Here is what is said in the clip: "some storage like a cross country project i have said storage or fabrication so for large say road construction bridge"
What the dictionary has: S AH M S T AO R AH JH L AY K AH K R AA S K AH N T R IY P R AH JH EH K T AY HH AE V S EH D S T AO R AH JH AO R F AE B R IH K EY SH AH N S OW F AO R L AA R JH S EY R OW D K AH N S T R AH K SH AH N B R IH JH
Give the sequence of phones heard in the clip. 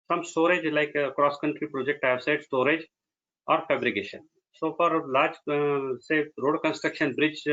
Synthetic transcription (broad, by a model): S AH M S T AO R AH JH L AY K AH K R AA S K AH N T R IY P R AH JH EH K T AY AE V S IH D S T AO R AH JH AO R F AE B R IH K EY SH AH N S OW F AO R L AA R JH S EY R OW D K AH N S T R AH K SH AH N B R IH JH